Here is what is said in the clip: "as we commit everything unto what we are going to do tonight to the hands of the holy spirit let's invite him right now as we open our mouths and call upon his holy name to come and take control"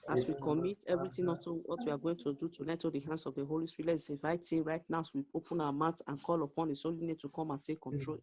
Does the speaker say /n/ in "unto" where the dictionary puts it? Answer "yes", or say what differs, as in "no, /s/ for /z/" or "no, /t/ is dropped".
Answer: no, /n/ is dropped